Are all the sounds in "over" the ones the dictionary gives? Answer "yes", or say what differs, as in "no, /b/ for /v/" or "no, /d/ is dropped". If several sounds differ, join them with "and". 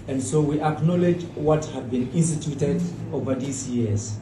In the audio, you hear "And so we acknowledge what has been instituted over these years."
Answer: yes